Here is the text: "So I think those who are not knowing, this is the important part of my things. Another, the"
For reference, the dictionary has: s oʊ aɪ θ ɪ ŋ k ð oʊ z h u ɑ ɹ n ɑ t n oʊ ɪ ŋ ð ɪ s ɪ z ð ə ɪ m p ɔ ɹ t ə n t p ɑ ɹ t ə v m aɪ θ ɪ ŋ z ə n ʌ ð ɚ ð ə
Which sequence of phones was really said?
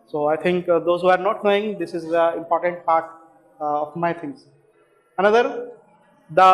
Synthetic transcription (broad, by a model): s oʊ aɪ t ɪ ŋ k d oʊ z h u ɑ ɹ n ɑ t n oʊ ɪ ŋ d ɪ s ɪ z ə ɪ m p ɔ ɹ t ə n t p ɑ ɹ t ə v m aɪ t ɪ ŋ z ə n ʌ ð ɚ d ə